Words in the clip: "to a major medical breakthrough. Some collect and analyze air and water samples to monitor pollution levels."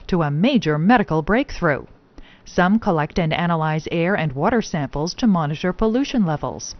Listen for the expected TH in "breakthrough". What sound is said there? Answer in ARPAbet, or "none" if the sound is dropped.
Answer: TH